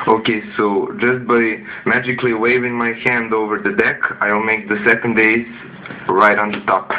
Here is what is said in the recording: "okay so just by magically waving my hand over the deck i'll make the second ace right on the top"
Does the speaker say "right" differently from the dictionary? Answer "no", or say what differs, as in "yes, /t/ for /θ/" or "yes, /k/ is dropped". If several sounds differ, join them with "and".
no